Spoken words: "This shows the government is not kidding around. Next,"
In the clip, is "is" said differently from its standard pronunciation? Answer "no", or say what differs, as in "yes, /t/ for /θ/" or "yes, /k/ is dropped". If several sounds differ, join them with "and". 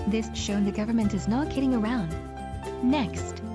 no